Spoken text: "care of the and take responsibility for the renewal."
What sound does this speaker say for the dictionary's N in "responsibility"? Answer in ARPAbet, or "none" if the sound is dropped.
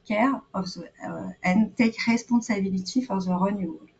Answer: none